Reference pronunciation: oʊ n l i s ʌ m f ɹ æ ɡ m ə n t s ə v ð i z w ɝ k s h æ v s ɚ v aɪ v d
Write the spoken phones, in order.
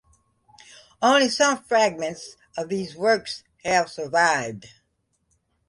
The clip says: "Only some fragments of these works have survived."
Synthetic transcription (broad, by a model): oʊ n l i s ʌ m f ɹ æ ɡ m ə n t s ə v ð i z w ɝ k s h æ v s ɚ v aɪ v d